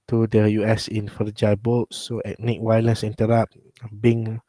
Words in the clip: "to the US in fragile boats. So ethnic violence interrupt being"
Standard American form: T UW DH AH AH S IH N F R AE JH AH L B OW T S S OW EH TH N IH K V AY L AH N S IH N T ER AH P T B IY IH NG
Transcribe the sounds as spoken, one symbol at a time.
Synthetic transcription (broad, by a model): T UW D AH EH S IH N F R JH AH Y B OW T S S OW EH T N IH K W AY L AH N S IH N T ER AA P B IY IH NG